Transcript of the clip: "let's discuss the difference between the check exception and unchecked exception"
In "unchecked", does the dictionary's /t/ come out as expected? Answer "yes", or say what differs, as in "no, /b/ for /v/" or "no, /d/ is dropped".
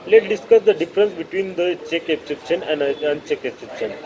no, /t/ is dropped